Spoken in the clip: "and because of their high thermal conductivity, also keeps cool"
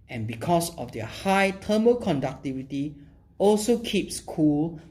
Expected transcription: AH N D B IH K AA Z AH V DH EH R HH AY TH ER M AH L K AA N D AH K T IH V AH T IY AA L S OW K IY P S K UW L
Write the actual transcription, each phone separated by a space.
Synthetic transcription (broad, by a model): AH N B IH K AA S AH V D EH HH AY T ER M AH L K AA N D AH K T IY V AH T IY AA L S OW K IY P S K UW L